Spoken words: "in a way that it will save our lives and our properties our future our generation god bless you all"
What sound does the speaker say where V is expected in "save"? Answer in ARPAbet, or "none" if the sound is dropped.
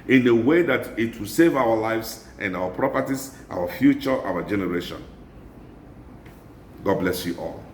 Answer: V